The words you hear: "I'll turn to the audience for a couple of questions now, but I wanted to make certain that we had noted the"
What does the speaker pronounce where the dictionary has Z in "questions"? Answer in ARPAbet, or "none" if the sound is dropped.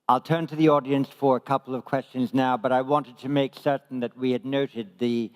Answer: Z